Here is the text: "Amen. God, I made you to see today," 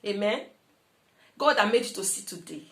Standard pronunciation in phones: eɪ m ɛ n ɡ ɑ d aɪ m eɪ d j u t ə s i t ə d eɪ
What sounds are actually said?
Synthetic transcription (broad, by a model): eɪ m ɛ n ɡ ɑ d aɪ m eɪ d j u t ə s i t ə d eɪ